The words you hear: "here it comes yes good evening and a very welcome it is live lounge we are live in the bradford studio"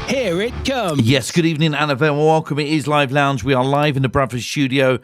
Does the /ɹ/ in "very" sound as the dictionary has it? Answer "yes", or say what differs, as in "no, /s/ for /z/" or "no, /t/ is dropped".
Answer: no, /w/ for /ɹ/